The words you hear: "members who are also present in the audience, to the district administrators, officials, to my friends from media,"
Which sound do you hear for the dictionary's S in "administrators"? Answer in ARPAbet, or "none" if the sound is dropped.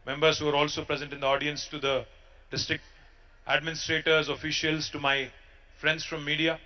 S